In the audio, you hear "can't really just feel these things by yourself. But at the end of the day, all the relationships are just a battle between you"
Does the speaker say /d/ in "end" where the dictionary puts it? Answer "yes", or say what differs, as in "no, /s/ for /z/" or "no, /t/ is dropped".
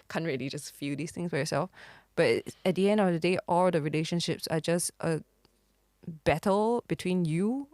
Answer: yes